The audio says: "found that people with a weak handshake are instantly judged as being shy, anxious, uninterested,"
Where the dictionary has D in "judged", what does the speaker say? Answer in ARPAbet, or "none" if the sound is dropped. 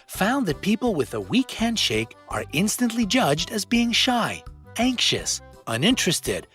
D